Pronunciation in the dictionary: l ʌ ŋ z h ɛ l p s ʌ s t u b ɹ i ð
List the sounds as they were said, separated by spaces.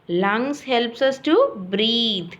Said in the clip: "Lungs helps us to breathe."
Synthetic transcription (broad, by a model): l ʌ ŋ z h ɛ l p s ʌ s t u b ɹ i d